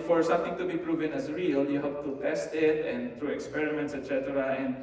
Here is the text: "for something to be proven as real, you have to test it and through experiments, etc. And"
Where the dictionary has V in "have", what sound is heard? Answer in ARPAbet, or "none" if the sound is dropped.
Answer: P